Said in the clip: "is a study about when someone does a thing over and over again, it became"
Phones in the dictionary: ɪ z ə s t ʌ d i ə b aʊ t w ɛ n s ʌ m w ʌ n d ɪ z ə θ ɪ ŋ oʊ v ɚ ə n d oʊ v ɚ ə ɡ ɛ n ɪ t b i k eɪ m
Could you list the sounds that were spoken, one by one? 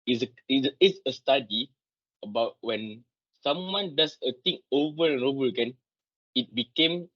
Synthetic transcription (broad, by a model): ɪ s ə s t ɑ d i ə b aʊ t w ɛ n s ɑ m w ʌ n d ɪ s ə t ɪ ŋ oʊ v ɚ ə n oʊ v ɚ ə ɡ ɛ n ɪ t b i k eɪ m